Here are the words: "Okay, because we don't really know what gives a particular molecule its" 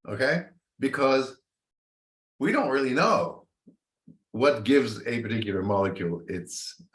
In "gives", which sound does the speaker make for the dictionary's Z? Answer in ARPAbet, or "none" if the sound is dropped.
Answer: Z